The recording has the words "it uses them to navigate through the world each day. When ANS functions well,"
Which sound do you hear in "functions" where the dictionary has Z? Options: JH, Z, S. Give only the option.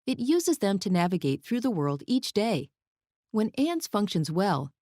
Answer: Z